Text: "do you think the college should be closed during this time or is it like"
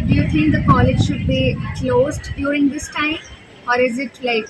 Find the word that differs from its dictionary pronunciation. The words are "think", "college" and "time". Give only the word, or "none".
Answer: think